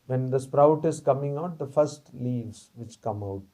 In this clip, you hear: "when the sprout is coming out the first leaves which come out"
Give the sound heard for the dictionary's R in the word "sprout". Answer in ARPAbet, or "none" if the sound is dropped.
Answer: R